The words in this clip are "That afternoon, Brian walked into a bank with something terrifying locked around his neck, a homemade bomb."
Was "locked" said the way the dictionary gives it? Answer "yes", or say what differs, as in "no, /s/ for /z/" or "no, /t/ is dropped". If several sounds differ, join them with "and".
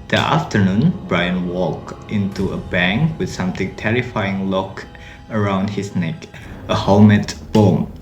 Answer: no, /t/ is dropped